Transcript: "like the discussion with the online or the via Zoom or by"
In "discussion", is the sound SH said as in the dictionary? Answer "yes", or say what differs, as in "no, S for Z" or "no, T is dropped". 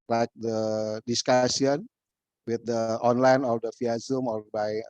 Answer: no, S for SH